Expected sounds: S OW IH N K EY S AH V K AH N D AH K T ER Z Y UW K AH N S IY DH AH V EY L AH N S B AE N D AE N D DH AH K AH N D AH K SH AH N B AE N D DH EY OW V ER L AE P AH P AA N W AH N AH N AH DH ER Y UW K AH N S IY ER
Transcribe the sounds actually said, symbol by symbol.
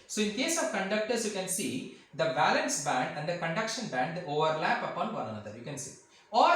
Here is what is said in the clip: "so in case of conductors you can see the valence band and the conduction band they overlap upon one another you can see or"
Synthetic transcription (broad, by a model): S OW IH N K EY S AH V K AH N D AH K T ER S Y UW K AH N S IY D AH B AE L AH N S B AE N D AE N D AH K AH N D AH K SH AH N B AE N D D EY OW V ER L AE P AH P AA N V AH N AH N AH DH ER Y UW K AH N S IY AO